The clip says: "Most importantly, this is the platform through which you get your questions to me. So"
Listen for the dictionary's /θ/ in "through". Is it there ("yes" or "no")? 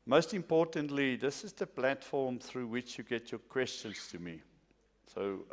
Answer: yes